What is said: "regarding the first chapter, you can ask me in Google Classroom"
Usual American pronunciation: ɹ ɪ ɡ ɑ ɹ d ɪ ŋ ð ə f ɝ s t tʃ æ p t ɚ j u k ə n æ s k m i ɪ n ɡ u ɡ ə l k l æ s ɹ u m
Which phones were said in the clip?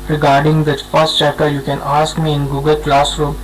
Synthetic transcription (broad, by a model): ɹ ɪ ɡ ɑ ɹ d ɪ ŋ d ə f ɝ s t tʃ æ t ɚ j u k ə n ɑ s k m i ɪ n ɡ u ɡ ə l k l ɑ s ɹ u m